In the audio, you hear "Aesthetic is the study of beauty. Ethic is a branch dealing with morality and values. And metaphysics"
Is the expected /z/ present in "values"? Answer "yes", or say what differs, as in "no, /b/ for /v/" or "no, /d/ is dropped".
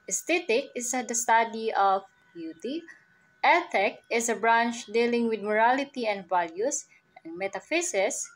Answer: no, /s/ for /z/